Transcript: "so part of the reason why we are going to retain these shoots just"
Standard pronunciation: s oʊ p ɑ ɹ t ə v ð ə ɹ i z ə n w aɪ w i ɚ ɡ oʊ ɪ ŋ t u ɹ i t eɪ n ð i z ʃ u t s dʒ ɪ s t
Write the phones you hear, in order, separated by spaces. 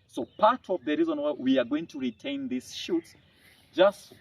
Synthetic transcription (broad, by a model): s oʊ p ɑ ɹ t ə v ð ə ɹ i z ə n w aɪ w i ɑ ɡ oʊ ɪ ŋ t u ɹ i t eɪ n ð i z ʃ u t s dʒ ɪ s t